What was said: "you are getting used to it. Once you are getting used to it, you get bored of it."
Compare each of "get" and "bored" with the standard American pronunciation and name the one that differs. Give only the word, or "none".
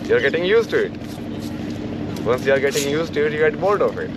bored